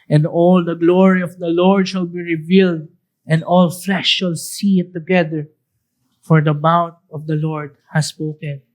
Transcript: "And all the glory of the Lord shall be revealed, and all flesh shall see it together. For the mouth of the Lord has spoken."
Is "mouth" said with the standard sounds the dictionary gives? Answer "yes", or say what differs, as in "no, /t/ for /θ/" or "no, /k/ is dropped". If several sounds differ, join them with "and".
no, /t/ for /θ/